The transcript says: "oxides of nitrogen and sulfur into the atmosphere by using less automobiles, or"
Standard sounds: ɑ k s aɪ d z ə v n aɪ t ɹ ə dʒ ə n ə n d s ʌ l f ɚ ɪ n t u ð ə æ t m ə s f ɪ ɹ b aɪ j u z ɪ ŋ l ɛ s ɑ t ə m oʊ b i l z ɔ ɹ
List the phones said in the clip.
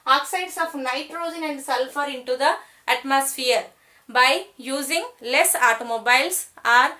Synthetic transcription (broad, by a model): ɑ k s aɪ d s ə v n aɪ t ɹ ə dʒ ə n ə n d s ʌ l f ɚ ɪ n t u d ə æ t m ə s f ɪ ɹ b aɪ j u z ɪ ŋ l ɛ s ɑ t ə m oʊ b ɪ l s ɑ ɹ